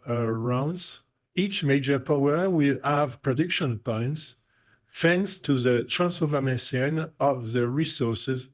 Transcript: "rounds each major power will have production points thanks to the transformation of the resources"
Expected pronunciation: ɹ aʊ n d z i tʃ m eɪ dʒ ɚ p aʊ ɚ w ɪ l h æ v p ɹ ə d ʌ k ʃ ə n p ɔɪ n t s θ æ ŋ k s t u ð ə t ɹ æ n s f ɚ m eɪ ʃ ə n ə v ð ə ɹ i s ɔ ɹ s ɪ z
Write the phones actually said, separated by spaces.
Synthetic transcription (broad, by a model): ɹ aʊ n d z i tʃ m eɪ dʒ ɚ p aʊ ɚ w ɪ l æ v p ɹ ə d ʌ k ʃ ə n p ɔɪ n t s f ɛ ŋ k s t u ð ə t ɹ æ n s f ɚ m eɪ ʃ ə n ə v ð ə ɹ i s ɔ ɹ s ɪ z